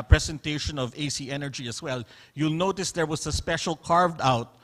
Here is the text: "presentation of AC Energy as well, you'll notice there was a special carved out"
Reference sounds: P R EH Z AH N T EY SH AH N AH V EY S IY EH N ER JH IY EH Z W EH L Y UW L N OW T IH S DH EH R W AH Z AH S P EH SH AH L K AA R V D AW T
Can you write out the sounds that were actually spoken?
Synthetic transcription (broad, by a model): P R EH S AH N T EY SH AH N AH V EY S IY EH N ER JH IY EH S W EH L Y UW L N OW T IH S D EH R W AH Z AH S P EH SH AH L K AA R V D AW T